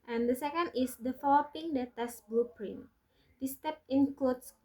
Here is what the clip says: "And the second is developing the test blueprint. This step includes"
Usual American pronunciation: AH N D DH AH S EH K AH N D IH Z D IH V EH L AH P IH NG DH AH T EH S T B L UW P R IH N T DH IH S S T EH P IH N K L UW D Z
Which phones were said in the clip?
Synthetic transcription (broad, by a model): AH N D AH S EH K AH N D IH S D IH F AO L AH P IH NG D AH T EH S B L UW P R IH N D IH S S T EH P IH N K L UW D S